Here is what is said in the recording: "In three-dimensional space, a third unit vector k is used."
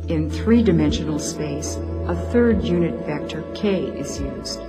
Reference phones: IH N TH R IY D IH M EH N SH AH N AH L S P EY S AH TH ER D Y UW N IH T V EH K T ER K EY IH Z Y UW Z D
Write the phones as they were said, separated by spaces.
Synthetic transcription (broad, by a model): IH N TH R IY D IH M EH N SH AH N L S P EY S AH TH ER D Y UW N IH T V EH K T ER K EY IH Z Y UW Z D